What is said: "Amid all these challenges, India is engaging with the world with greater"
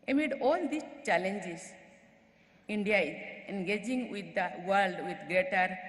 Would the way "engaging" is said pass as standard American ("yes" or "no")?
yes